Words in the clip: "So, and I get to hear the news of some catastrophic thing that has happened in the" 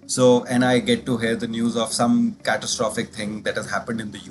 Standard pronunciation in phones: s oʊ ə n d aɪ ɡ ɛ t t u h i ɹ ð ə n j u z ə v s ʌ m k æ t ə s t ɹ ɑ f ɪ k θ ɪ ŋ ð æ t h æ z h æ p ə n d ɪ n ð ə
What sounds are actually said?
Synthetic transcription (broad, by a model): s oʊ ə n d aɪ ɡ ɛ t t u h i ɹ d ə n j u z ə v s ʌ m k æ t ə s t ɹ ɑ f ɪ k t ɪ ŋ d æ t h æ z h æ p ə n d ɪ n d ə